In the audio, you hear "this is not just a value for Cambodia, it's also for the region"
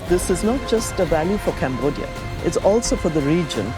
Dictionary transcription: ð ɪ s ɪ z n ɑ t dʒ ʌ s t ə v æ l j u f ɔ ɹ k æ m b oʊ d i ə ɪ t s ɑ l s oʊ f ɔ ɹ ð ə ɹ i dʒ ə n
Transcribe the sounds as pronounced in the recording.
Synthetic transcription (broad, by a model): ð ɪ s ɪ z n ɑ t dʒ ʌ s t ə v æ l j u f ɔ ɹ k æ m b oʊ d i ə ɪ t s ɑ l s oʊ f ɔ ɹ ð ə ɹ i dʒ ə n